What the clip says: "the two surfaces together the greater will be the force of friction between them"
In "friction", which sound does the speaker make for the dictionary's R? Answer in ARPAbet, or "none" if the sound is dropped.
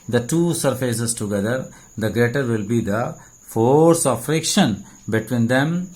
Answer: R